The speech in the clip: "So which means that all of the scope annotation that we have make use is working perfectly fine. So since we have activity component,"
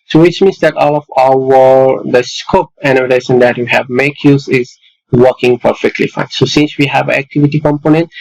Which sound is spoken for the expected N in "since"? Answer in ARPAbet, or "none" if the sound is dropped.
N